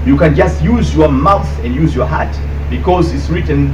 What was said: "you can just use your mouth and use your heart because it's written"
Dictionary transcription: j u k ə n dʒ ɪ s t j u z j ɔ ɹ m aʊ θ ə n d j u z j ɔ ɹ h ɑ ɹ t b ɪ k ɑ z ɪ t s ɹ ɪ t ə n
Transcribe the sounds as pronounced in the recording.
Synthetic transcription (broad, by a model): j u k ə n dʒ ɪ s t j u z j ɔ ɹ m aʊ θ ə n d j u z j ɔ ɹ h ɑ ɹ t b ɪ k ɑ z ɪ t s ɹ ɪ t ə n